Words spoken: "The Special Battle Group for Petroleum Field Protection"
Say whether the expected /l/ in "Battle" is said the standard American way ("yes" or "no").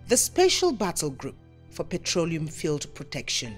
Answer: yes